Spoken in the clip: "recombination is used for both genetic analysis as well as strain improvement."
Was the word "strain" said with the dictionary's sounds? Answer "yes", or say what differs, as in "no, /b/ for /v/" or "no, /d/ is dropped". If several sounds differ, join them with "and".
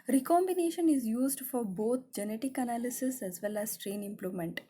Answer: yes